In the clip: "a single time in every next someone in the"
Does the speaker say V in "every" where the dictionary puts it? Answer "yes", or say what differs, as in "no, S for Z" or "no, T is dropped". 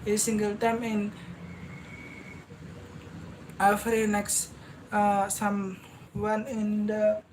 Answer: no, F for V